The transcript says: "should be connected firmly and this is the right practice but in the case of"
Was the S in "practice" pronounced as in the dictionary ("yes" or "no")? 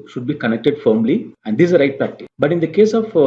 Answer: no